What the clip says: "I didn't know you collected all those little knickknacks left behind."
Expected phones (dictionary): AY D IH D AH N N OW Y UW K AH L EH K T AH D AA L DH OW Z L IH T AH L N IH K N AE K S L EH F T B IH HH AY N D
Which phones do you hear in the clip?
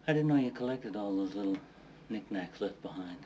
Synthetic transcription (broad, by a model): AY D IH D N N OW Y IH K AH L EH K T AH D AA L DH OW Z L IH T L N IH K N AE K S L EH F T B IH HH AY N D